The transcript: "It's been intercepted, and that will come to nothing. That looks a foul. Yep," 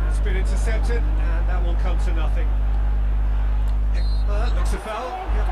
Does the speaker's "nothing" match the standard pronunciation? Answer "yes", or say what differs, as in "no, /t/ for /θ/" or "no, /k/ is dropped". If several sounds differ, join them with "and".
yes